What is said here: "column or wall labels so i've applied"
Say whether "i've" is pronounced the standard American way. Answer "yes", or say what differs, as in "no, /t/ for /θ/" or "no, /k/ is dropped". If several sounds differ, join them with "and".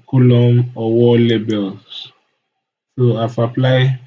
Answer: no, /f/ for /v/